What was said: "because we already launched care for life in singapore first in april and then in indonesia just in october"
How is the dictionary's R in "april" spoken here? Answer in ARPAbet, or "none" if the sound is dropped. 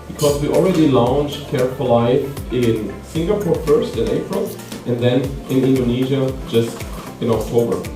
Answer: R